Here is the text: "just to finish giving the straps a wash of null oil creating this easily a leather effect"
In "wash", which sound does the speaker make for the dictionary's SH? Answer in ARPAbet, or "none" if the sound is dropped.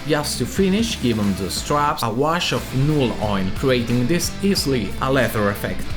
SH